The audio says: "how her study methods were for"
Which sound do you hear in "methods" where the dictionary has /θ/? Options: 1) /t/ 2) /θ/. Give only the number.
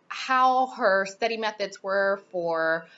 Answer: 2